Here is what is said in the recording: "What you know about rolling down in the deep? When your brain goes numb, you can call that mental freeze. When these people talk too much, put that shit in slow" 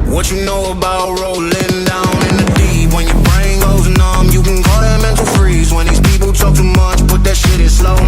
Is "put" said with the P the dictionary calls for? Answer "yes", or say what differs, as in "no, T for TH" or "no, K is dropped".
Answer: no, B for P